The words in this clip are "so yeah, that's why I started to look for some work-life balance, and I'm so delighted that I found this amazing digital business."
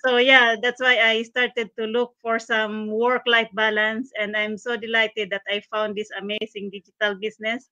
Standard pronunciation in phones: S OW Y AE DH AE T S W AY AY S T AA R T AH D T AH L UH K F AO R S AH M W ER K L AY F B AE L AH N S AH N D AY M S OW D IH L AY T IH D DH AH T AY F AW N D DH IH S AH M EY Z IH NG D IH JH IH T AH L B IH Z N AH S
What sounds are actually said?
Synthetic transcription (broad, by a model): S OW Y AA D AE T S W AY AY S T AA R T AH D T AH L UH K F AO R S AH M W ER K L AY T B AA L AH N S AH N D AY M S OW D IH L AY T IH D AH T AY F AW N D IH S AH M EY S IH NG D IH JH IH T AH L B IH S N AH S